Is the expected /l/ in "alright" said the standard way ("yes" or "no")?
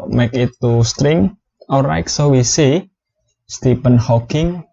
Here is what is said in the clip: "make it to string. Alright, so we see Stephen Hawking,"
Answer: no